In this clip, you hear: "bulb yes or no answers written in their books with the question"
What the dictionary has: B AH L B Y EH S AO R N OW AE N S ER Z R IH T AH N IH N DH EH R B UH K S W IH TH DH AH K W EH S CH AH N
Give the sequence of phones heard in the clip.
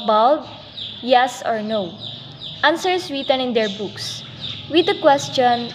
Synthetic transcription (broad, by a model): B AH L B Y EH S AO R N OW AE N S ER S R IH T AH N IH N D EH R B UH K S W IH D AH K W EH S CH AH N